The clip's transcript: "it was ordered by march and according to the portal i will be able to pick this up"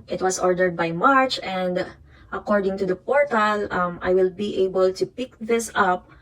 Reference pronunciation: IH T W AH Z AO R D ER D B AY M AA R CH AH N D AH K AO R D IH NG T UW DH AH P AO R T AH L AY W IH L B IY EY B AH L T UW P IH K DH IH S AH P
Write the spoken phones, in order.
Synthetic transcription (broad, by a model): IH T W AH S AO R D ER D B AY M AA R CH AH N D AH K AO R D IH NG T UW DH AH P AO R T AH L AY W IH L B IY EY B AH L T UW P IH K DH IH S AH P